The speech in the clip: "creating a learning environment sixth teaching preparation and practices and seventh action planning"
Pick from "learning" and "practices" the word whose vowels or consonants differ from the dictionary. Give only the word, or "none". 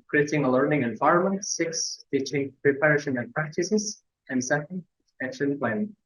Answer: none